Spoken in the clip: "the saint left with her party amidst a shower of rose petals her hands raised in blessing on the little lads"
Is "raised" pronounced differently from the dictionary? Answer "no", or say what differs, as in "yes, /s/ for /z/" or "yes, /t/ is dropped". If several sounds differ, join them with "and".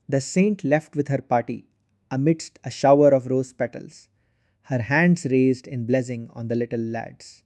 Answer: no